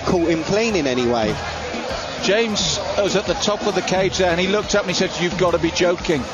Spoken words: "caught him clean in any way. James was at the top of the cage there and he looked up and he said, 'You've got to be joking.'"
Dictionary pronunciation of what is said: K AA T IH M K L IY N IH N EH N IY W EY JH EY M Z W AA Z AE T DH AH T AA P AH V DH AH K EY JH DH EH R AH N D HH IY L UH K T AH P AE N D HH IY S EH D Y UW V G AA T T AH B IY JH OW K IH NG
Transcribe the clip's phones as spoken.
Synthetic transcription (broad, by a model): K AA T IH M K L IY N IH N EH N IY W EY JH EY M Z W AA Z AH T DH AH T AA P AH V DH AH K EY JH DH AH R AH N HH IY L UH K T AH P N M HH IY S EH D Y UW V G AA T T AH B IY JH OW K IH NG